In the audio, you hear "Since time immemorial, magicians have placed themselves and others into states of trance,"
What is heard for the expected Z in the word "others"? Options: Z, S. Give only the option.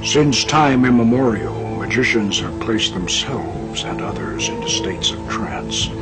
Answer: Z